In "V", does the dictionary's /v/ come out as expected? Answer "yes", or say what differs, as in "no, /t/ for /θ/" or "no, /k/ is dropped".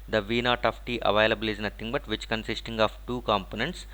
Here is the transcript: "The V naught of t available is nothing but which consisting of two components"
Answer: yes